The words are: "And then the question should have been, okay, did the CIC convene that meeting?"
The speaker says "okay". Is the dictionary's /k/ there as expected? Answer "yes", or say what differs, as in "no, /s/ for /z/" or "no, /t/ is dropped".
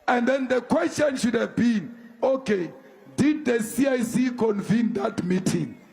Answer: yes